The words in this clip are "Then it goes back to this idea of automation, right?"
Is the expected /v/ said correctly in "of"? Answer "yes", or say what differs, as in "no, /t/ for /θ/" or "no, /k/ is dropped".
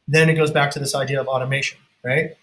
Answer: yes